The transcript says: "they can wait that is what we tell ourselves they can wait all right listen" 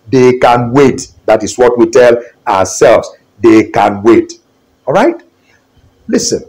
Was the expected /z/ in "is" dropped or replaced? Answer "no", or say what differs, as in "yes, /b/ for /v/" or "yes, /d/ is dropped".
yes, /s/ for /z/